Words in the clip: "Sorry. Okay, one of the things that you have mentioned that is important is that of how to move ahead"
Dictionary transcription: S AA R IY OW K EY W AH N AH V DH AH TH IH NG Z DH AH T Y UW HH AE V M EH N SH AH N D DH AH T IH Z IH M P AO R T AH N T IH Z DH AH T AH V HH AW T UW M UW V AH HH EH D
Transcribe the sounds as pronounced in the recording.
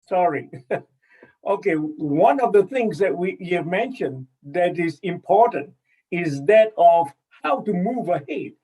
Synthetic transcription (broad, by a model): S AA R IY OW K EY W AH N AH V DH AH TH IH NG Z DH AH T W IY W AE V M EH N SH AH N D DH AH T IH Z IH M P AO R T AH N T IH Z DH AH T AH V HH AW T UW M UW V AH HH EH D